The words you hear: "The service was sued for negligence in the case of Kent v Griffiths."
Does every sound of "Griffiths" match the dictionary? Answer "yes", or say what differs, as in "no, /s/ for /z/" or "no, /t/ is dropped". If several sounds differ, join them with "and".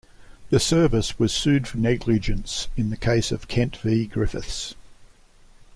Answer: yes